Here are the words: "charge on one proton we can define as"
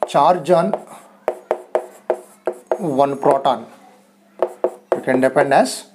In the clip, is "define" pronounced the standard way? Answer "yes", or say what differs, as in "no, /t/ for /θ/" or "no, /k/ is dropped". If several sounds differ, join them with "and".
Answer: no, /p/ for /f/